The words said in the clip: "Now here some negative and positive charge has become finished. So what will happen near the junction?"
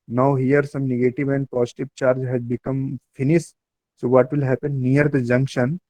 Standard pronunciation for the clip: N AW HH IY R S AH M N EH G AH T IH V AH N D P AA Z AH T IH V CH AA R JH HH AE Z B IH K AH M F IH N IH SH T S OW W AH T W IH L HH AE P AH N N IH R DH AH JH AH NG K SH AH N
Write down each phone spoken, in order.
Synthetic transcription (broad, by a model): N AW HH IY R S AH M N EH G AH T IH V AH N D P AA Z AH T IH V CH AA R JH HH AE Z B IH K AH M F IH N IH S T S OW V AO T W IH L HH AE P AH N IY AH R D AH JH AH NG K SH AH N